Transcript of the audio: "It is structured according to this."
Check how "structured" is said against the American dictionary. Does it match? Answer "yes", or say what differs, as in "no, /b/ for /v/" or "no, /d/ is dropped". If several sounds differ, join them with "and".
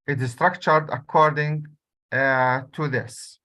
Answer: yes